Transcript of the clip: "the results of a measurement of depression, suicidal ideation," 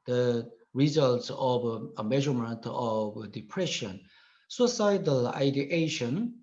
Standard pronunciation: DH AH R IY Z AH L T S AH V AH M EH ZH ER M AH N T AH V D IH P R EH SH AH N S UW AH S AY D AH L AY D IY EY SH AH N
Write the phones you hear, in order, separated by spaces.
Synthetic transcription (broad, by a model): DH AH R IY Z AH L T S AH V AH M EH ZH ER M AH N T AH V D IH P R EH SH AH N S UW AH S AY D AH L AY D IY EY SH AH N